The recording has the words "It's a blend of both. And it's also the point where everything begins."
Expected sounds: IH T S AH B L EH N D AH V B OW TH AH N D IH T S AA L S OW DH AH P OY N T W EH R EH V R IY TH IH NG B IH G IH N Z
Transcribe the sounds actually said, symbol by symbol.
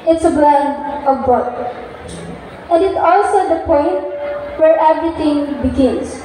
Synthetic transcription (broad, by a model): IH T S AH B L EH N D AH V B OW T AH N D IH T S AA L S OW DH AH P OY N T W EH R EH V R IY T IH NG B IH G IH N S